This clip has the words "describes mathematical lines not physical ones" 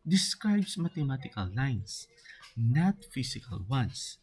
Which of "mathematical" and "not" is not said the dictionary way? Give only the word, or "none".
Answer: mathematical